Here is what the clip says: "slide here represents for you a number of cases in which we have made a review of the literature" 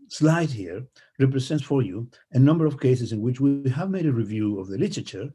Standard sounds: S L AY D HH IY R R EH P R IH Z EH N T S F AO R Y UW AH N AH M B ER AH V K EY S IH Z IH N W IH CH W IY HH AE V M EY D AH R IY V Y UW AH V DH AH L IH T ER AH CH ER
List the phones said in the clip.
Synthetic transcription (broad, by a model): S L AY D HH IY R R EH P R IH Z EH N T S F AO R Y UW AH N AH M B ER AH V K EY S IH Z IH N W IH CH W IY HH AE V M EY D AH R IY V Y UW AH V DH AH L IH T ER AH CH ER